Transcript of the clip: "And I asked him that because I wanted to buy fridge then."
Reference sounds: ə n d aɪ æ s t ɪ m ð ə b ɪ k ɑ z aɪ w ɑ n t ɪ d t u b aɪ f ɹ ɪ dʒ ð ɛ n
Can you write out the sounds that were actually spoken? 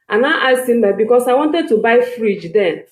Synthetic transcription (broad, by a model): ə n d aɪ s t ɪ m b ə b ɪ k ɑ s aɪ w ɑ n t ɪ d t u b aɪ f ɹ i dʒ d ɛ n